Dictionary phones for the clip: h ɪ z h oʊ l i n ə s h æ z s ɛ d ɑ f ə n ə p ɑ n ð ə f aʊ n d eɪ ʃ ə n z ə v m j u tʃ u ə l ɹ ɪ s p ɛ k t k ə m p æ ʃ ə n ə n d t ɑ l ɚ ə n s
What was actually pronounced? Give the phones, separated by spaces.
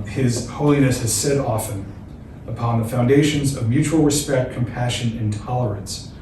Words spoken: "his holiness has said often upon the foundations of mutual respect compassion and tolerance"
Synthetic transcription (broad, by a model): h ɪ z h oʊ l i n ə s h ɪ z s ɛ d ɑ f ə n ə p ɑ n ð ə f aʊ n d eɪ ʃ ə n z ə v m j u tʃ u l ɹ ɪ s p ɛ k t k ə m p æ ʃ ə n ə n t ɑ l ɚ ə n s